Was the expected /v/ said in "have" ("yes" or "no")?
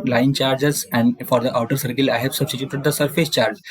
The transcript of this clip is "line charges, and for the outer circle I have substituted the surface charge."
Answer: no